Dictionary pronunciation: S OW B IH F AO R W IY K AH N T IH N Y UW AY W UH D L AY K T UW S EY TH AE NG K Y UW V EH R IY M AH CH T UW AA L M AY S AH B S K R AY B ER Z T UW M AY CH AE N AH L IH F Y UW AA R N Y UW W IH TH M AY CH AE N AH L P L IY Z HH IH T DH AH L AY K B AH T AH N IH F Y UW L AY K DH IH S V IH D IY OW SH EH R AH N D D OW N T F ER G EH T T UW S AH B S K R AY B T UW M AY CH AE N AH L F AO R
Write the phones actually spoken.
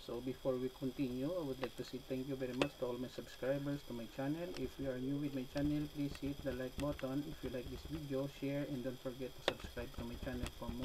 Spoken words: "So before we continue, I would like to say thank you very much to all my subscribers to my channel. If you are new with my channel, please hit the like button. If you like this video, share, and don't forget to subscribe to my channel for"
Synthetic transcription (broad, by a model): S OW B IH F AO R W IY K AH N T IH N Y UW AY W UH D L AY K T UW S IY T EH NG K Y UW V EH R IY M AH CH T UW AA L M AY S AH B S K R AY B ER S T UW M AY CH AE N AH L IH F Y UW AA R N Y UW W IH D M AY CH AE N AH L P L IY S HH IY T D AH L AY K B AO T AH N IH F Y UW L AY K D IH S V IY D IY OW SH EH R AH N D D OW N T F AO G EH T T UW S AH B S K R AY B T UW M AY CH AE N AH L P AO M